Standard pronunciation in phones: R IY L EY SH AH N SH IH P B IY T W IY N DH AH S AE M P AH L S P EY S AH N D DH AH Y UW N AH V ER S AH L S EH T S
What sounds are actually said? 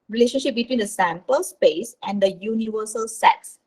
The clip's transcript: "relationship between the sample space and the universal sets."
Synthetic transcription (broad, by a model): R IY L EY SH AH N SH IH P B IY T W IY N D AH S AE M P AH L S P EY S AH N D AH Y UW N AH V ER S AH L S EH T S